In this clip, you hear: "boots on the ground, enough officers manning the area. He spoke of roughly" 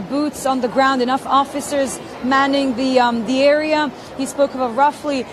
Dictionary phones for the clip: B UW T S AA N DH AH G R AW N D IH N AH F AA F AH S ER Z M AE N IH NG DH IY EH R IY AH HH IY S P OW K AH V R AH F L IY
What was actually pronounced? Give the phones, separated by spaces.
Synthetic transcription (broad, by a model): B UW T S N DH AH G R AW N D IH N AH F AA F AH S ER Z M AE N IH NG DH IY EH R IY AH HH IY S P OW K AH V R AH F L IY